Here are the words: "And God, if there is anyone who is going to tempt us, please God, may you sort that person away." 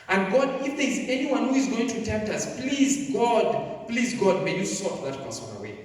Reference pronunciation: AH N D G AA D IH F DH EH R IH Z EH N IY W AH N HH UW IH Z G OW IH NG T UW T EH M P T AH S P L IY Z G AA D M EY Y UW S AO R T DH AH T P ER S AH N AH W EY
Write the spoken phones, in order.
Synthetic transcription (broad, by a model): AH N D G AA D IH F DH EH R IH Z EH N IY W AH N HH UW IH Z G OW IH NG T UW T EH M P T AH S P L IY Z G AA D M EY Y UW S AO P DH AH T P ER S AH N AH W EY